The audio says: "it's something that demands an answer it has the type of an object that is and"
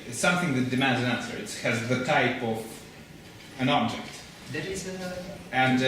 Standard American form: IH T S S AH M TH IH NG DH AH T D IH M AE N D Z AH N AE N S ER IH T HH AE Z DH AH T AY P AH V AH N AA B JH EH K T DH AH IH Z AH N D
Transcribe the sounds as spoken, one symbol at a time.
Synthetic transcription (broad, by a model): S S AH M TH IH NG DH AH T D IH M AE N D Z AH N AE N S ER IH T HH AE Z DH AH T AY P AH V AH N AA B JH EH K T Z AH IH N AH N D